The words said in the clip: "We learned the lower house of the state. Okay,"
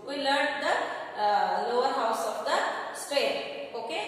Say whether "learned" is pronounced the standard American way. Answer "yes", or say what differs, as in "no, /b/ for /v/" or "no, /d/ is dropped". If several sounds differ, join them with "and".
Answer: no, /n/ is dropped